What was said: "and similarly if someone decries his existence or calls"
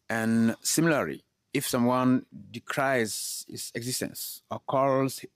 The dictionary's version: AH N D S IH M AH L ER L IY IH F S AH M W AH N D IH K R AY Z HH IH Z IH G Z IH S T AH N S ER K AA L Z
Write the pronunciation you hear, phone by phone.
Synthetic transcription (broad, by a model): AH N S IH M L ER L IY IH F S AH M W AH N D IH K R AY Z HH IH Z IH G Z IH S T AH N S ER K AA L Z